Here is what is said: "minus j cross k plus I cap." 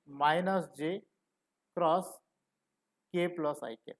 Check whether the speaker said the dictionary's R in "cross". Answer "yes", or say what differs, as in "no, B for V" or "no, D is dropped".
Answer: yes